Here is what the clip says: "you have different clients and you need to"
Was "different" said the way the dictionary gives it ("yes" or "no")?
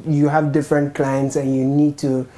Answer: yes